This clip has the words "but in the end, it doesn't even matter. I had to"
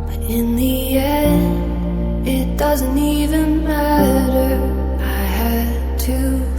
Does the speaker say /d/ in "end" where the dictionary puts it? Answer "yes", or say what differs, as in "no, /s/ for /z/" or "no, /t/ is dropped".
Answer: no, /d/ is dropped